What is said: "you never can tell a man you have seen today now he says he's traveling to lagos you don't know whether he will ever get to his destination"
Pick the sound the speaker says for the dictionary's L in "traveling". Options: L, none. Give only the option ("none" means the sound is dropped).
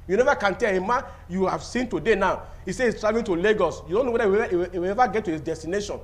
none